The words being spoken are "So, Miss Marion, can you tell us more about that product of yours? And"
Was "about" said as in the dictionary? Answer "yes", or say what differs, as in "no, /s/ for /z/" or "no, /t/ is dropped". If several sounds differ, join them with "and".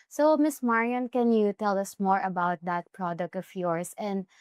yes